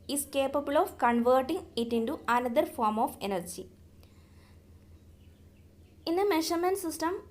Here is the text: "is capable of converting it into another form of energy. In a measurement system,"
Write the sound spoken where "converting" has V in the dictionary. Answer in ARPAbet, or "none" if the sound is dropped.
V